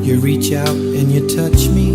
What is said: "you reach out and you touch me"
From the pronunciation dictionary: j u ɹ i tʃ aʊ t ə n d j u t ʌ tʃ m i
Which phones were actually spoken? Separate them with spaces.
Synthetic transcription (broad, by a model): j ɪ ɹ i tʃ aʊ t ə n j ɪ t ʌ tʃ m i